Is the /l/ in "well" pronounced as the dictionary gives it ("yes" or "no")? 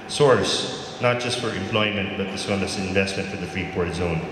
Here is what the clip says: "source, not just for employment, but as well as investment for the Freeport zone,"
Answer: no